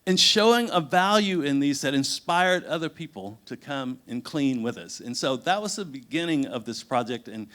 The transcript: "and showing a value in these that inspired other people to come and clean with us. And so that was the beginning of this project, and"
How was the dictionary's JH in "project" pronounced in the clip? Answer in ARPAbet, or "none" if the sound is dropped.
JH